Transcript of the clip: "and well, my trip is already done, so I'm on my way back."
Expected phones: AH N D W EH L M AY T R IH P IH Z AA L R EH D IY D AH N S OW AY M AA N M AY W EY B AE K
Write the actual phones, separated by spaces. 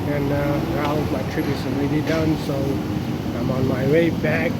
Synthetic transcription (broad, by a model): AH N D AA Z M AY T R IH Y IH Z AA N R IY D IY D AH N S OW AY M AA N M AY W EY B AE K